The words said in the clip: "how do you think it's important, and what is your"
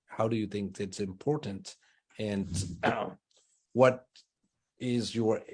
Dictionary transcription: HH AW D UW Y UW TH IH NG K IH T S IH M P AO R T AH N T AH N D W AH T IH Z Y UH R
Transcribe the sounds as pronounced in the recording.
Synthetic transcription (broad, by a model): HH AW D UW Y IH TH IH NG K IH T S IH M P AO R T N T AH N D W AH T IH Z Y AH R